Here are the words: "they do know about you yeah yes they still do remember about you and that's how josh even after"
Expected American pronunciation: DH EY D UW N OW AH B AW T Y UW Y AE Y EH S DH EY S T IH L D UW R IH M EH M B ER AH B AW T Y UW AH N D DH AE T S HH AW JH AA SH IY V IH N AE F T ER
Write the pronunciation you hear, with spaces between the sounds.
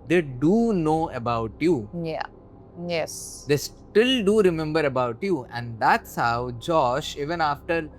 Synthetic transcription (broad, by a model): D EY D UW N OW AH B AW T Y UW Y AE Y EH S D EY S T IH L D UW R IH M EH M B ER AH B AW T Y UW AH N D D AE T S HH AW JH AA SH IY V IH N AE F T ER